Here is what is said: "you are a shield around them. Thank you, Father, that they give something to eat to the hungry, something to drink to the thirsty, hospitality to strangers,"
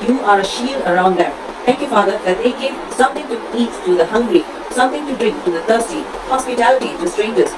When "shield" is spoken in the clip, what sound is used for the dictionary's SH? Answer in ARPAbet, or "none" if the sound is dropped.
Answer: SH